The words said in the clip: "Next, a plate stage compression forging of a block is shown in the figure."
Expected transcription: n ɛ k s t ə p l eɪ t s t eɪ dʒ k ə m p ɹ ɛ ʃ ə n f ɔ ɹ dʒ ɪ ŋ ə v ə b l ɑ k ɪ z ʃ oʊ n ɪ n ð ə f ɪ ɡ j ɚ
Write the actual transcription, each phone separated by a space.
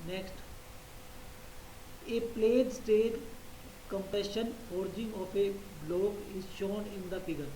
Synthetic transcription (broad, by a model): n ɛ k s t ə p l eɪ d s t eɪ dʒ k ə m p ɛ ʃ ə n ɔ ɹ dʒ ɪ ŋ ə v ə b l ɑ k ɪ z ʃ oʊ n ɪ n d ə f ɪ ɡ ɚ